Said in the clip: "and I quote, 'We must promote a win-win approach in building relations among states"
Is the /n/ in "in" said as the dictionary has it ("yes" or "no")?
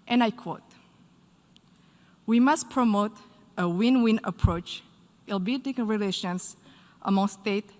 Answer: no